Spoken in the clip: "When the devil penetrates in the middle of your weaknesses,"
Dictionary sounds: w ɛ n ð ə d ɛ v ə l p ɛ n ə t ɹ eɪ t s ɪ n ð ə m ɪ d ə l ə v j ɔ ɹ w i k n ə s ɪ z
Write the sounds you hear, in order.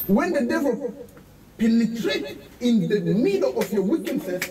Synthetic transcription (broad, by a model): w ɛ n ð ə d ɛ v ə l p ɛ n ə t ɹ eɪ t ɪ n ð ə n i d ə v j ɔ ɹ w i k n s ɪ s